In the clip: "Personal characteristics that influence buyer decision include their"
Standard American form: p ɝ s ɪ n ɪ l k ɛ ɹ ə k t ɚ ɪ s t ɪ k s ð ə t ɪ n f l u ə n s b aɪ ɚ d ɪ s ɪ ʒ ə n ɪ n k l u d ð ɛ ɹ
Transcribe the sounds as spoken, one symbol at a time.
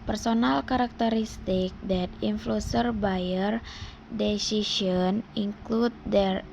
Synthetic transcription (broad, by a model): p ɝ s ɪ n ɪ l k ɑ ɹ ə k t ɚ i s t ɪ k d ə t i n f l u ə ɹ b aɪ ɚ d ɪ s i s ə n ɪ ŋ k l u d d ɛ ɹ